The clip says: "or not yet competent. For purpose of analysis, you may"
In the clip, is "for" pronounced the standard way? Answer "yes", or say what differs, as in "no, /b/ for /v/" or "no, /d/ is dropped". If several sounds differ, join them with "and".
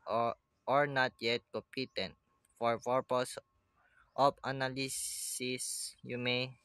yes